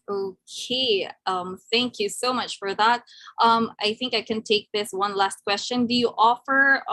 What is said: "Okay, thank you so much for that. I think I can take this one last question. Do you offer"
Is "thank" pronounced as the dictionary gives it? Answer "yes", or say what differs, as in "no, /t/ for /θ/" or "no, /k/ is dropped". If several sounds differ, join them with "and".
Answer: yes